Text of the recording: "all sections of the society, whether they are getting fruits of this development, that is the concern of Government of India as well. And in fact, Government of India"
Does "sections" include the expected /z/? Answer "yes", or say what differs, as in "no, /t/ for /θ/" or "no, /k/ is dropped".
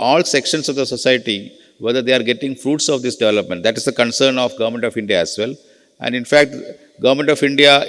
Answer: no, /s/ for /z/